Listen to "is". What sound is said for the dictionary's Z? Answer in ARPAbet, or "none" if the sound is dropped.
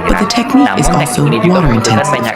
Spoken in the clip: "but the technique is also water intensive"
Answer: Z